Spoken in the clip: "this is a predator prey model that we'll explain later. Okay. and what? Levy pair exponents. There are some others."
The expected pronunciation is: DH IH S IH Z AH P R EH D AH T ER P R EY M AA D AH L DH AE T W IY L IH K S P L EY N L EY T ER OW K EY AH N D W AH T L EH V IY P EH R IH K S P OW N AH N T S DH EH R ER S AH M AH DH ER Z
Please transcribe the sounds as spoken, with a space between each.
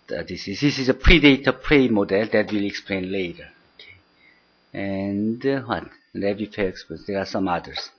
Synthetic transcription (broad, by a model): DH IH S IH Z AH P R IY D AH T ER P R EY M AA D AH L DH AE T W IY L IH K S P L EY N L EY T ER OW K EY AH N D W AH T N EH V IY F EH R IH K S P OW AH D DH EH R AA S AH M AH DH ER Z